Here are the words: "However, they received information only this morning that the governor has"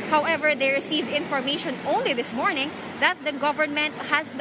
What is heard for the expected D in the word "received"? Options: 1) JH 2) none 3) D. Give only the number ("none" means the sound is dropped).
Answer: 3